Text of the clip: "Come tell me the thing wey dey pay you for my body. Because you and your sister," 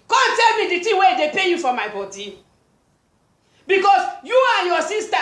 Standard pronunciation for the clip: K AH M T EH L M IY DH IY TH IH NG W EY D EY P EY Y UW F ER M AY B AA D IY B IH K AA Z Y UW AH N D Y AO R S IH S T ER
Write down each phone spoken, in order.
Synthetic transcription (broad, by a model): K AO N T EH L M IY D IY T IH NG W EY D EY P EY Y UW F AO M AY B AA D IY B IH K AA S Y UW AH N Y AO S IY S T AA